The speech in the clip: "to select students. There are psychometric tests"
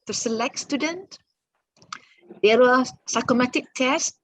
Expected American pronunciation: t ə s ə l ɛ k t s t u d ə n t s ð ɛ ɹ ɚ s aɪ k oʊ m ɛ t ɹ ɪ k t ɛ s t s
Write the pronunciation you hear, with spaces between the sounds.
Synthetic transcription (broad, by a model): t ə s ə l ɛ k t s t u d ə n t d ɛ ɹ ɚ s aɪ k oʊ m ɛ t ɪ k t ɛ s s